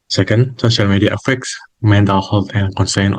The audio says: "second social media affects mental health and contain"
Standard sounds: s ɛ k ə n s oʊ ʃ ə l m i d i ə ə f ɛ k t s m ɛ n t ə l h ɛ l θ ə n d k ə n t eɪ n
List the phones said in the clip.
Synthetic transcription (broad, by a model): s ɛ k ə n s oʊ ʃ ə l m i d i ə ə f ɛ k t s m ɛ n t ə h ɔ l t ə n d k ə n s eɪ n